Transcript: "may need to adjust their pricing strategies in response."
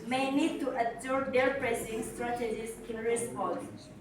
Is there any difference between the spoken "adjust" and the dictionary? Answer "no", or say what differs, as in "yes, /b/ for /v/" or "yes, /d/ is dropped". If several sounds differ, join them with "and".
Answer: yes, /s/ is dropped